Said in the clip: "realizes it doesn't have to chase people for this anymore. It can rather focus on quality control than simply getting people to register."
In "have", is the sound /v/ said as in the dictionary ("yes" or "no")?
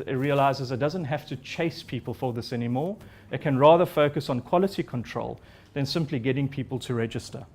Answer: no